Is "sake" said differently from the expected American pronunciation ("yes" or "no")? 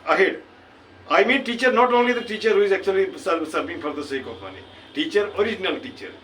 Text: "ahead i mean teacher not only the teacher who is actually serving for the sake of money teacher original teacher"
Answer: no